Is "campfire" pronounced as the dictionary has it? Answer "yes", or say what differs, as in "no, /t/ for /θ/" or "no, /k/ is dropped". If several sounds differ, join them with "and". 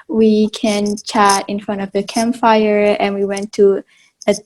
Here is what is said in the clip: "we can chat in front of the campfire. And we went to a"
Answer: yes